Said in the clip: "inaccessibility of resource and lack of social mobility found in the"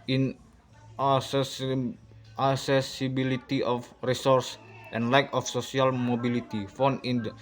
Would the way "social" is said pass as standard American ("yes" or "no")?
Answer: no